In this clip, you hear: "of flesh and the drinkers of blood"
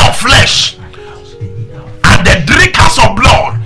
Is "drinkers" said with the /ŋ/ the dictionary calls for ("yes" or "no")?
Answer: no